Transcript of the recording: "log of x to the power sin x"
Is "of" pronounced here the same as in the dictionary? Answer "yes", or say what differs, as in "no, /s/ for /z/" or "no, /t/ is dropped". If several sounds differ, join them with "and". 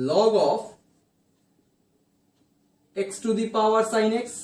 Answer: no, /p/ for /v/